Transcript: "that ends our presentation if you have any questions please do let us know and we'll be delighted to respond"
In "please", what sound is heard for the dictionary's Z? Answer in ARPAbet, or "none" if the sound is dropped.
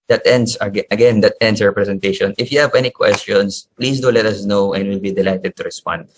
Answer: S